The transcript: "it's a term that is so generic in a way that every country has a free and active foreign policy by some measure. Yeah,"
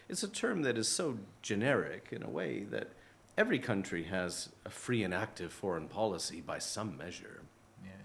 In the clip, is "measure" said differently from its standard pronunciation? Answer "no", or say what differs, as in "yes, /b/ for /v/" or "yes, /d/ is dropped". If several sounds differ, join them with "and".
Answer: no